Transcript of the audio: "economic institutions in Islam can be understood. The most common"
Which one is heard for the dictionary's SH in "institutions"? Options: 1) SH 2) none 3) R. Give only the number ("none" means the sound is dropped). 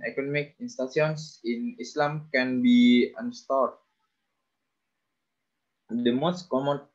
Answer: 2